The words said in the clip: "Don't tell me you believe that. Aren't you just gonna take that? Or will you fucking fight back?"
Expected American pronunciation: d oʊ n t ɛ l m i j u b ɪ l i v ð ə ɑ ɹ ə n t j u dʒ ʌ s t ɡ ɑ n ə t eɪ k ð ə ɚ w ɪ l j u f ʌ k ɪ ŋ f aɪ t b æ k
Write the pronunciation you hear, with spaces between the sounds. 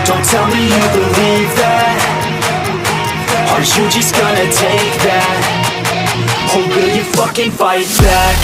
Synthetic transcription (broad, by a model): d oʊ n t ɛ l m i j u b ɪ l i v ð ə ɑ ə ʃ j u dʒ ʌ s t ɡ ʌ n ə t eɪ k ð ə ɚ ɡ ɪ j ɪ f ʌ k ɪ ŋ f aɪ t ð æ